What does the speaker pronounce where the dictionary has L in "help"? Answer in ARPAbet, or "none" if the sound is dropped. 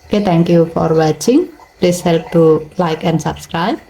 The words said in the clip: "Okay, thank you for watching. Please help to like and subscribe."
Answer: L